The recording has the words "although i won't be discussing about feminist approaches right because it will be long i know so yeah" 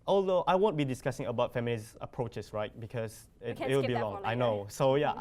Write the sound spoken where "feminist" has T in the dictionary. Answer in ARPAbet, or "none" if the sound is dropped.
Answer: none